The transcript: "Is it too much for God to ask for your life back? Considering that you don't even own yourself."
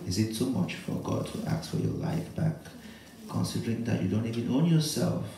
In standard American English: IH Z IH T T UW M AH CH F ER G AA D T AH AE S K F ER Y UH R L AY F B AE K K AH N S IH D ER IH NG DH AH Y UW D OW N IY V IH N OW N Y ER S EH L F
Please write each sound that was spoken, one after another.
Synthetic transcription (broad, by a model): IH Z IH T S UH M AH CH F ER G AA D T AH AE K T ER Y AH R L AY F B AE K K AH N S IH D ER IH NG DH AH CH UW D OW N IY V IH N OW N Y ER S EH L F